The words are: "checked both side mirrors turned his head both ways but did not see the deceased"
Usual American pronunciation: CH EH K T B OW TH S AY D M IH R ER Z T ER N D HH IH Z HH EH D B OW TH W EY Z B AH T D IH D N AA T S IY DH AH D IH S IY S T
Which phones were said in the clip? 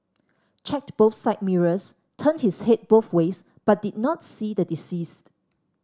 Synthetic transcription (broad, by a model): CH EH K T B OW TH S AY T M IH R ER S T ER N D HH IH S HH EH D B OW TH W EY S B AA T D IH D N AA T S IY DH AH D IH S IY S T